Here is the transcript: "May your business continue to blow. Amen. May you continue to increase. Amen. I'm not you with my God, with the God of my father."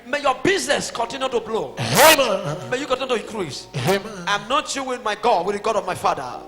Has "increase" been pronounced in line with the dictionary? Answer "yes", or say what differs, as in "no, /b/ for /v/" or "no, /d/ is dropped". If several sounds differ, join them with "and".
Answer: no, /n/ is dropped